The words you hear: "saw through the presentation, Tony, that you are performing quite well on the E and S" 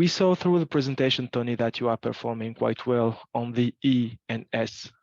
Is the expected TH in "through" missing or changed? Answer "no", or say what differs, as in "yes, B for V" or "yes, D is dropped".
no